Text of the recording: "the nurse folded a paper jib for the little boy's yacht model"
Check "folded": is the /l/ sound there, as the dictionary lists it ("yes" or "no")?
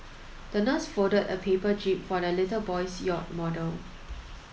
no